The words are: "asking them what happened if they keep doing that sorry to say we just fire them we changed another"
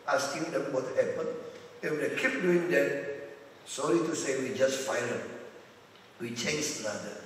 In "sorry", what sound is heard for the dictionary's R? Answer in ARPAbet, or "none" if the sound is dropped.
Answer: L